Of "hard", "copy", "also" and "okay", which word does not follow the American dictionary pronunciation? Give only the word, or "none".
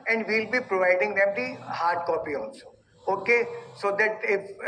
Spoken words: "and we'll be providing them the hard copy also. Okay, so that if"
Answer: also